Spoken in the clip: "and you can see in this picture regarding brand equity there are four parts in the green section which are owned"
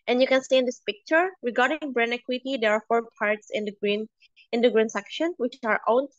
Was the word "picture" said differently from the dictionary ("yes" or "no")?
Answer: no